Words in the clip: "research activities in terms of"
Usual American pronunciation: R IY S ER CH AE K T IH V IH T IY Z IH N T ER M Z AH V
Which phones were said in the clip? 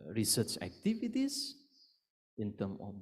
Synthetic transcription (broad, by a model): R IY S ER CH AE K T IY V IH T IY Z IH N T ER M AH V